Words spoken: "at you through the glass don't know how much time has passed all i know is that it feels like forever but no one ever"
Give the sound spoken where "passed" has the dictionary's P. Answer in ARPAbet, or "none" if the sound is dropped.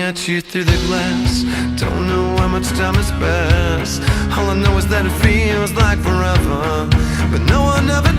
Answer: B